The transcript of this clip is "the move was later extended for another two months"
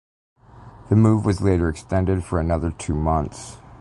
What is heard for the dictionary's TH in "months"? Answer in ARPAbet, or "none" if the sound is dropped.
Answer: TH